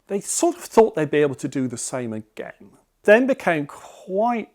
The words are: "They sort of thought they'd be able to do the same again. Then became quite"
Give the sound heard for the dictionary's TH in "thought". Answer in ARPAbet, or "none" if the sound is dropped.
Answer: TH